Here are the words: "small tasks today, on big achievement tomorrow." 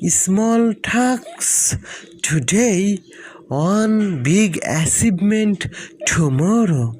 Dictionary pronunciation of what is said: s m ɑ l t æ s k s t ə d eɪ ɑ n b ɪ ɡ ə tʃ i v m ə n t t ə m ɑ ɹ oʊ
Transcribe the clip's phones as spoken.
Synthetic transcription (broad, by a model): s m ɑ l t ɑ k s t ə d eɪ ɑ n b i ɡ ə s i b m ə n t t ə m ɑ ɹ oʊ